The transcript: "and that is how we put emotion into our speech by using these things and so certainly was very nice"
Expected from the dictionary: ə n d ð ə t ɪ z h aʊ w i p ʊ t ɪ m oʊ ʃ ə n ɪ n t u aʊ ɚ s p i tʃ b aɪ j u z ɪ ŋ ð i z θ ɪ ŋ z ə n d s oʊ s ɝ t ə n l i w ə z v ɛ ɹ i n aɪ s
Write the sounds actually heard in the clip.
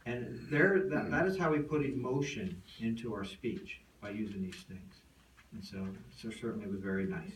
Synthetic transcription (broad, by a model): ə n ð ð ə t ɪ z h aʊ w i p ʊ t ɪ m oʊ ʃ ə n ɪ n t u aʊ ɚ s p i tʃ b aɪ j u z ɪ ŋ ð i z θ ɪ ŋ z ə n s s oʊ s ɝ t n l i w ə z v ɛ ɹ i n aɪ s